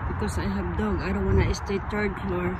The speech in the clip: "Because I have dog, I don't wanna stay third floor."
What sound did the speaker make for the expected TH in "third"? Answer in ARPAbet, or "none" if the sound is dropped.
T